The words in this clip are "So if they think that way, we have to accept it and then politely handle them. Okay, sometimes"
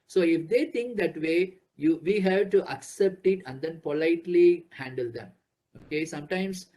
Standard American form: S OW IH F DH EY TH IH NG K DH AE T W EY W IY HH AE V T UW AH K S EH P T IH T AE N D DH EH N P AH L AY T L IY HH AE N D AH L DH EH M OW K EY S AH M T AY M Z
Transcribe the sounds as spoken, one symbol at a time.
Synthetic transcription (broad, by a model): S OW IH F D EY T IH NG K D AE T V EY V IY HH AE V T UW AH K S EH P T IH T AE N D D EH N P AH L AY T L IY HH AE N D AH L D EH M OW K EY S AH M T AY M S